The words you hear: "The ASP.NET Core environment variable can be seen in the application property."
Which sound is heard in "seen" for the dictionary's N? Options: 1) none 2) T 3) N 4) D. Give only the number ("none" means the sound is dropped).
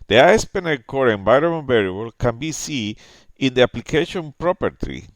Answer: 1